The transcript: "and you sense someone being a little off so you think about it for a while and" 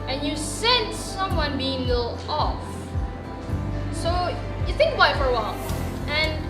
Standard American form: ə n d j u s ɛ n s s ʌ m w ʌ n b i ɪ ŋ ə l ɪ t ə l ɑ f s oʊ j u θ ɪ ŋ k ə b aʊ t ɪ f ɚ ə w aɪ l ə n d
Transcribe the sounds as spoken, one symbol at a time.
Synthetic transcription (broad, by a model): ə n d j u s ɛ n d s ʌ m w ʌ n b i ɪ ŋ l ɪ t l ɑ f s oʊ j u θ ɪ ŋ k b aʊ ɪ f ɚ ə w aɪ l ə n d